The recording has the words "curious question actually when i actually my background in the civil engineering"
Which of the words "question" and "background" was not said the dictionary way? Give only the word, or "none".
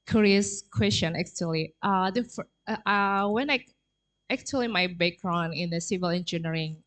background